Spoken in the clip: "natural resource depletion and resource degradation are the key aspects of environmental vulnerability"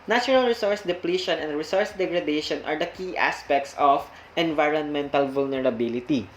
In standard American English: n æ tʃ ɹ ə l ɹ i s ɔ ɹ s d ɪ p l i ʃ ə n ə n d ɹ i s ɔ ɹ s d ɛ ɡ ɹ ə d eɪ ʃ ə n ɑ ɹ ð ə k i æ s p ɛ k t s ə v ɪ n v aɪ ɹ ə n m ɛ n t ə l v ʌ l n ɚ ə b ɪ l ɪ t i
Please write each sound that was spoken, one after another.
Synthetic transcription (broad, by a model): n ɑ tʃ ɹ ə l ɹ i s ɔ ɹ s d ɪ p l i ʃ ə n ə n d ɹ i s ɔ ɹ s d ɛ ɡ ɹ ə d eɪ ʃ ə n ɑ ɹ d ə k i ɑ s p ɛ k t s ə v ɪ n v aɪ ɹ ə n m ɛ n t ə l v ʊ l n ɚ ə b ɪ l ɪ t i